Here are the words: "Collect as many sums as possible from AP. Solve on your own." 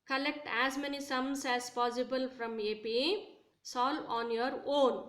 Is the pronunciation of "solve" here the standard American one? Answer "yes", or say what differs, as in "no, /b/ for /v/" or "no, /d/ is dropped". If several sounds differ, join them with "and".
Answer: no, /v/ is dropped